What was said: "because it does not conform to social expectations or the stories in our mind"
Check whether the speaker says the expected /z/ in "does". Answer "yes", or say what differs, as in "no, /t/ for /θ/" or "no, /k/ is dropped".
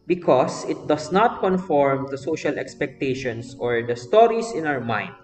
no, /s/ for /z/